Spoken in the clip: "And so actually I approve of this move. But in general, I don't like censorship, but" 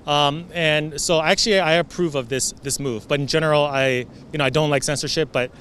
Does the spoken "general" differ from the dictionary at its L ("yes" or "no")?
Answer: yes